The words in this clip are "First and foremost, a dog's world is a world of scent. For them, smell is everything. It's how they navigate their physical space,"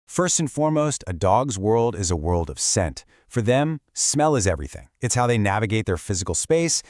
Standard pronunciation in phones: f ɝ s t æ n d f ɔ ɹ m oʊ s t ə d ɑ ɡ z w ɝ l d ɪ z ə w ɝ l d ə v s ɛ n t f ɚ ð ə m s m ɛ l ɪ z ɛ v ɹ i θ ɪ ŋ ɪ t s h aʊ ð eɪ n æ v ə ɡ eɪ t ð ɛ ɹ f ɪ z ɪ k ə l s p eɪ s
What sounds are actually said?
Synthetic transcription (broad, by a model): f ɝ s t n f ɔ ɹ m oʊ s t ə d ɑ ɡ z w ɝ l d ɪ z ə w ɝ l d ə v s ɛ n t f ɚ ð ə m s m ɛ l ɪ z ɛ v ɹ i θ ɪ ŋ ɪ t s h aʊ ð eɪ n æ v ə ɡ eɪ t ð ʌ ɹ f ɪ z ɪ k l s p eɪ s